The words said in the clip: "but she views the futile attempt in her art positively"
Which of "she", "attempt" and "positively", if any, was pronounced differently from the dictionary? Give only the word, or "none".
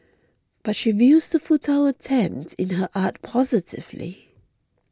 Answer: none